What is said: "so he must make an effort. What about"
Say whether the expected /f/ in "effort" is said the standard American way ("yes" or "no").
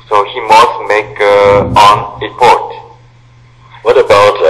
no